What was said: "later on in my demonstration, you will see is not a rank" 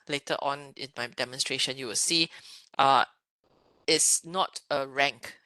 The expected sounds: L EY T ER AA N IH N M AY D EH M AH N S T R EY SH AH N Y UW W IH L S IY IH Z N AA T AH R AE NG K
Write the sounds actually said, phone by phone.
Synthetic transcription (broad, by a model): L EY T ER AA N IH N M AY D EH M AH N S T R EY SH AH N Y UW W IH L S IY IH S N AA T AH R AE NG K